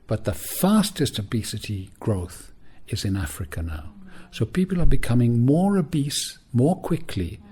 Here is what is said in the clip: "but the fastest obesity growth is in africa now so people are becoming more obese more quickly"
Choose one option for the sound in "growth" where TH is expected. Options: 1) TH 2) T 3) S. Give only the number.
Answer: 1